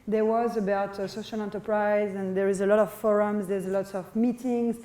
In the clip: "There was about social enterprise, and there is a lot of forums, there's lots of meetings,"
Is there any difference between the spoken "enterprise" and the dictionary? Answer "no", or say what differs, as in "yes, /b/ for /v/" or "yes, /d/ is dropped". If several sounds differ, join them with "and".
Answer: no